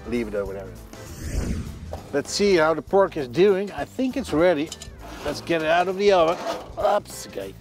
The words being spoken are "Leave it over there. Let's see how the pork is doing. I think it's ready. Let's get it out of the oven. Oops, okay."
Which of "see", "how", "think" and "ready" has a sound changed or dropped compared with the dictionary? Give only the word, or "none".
none